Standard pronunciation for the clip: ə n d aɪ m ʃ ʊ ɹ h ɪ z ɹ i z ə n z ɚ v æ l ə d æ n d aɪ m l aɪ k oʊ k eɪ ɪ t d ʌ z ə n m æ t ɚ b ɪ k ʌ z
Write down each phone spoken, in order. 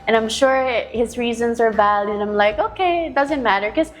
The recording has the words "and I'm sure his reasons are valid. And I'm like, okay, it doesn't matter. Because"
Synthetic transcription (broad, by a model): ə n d aɪ m ʃ ʊ ɹ h ɪ z ɹ i z ə n z ɚ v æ l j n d aɪ m l aɪ k oʊ k eɪ ɪ t d ʌ z ə n m æ t ɚ k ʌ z